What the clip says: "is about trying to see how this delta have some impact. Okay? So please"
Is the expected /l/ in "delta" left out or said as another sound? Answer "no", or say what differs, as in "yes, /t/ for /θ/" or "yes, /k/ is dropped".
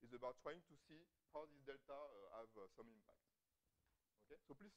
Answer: no